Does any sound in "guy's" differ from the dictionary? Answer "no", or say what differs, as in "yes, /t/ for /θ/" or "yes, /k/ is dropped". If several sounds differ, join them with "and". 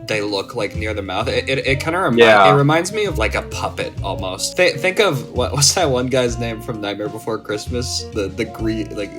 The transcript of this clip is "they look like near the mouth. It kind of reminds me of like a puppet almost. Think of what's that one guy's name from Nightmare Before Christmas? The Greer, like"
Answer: no